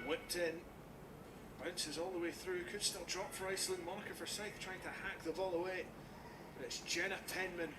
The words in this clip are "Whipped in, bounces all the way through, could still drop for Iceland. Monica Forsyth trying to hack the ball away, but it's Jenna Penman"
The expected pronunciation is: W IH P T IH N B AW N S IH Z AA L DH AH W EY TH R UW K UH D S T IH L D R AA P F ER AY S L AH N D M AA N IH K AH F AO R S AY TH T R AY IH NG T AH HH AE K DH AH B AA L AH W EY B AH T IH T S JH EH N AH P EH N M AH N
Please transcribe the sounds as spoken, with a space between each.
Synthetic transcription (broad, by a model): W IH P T IH N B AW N S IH Z AA L DH AH W EY TH R UW K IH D S T IH L D R AA P F ER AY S L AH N M AA N IH K AH F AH R S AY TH T R AY IH NG T AH HH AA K DH AH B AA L AH W EY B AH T IH T S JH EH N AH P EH N M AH N